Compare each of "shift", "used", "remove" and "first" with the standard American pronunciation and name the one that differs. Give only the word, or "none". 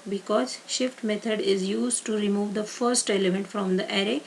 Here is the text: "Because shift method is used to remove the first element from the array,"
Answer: none